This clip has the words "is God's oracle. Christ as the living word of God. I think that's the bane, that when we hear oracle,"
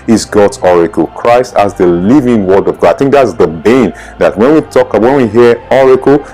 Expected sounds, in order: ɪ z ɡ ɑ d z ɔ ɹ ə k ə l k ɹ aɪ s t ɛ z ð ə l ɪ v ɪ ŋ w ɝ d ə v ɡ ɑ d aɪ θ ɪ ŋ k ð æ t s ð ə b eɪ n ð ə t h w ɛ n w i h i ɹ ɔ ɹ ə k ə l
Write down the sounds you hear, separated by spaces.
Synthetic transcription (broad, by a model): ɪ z ɡ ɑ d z ɔ ɹ ə k ə l k ɹ aɪ s t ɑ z ð ə l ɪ v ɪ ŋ w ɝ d ə v ɡ ɑ d aɪ θ ɪ ŋ k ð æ t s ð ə b eɪ n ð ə t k w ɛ n w i h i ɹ ɔ ɹ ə k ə l